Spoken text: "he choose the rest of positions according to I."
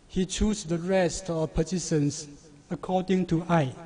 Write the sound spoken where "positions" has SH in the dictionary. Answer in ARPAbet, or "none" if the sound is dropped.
S